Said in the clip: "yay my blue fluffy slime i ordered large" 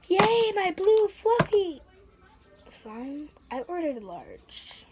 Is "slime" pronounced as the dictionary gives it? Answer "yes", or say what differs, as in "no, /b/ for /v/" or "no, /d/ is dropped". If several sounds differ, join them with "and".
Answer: no, /l/ is dropped